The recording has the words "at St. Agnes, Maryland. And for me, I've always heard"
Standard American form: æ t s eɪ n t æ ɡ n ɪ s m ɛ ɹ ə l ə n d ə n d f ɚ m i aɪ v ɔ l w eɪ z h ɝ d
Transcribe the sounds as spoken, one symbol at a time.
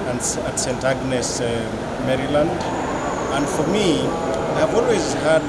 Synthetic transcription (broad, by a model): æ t s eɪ n t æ ɡ n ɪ s m ɛ ɹ ə l ə n d ə n d f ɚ m i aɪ v ɔ l w eɪ z h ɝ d